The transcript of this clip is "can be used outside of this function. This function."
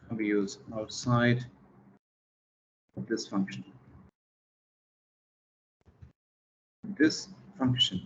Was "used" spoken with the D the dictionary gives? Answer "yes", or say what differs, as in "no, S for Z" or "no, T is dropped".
no, D is dropped